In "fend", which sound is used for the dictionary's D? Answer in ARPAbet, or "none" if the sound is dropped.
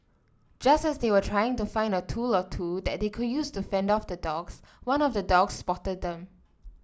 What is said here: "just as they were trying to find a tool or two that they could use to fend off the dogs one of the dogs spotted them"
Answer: D